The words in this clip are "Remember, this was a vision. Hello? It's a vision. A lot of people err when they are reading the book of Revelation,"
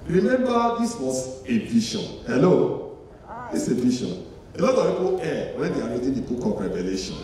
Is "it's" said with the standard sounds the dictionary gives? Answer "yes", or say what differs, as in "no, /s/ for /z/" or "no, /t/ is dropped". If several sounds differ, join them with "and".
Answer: no, /s/ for /t/